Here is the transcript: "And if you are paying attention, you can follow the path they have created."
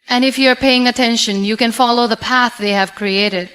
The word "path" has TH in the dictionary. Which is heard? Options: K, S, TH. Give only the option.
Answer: TH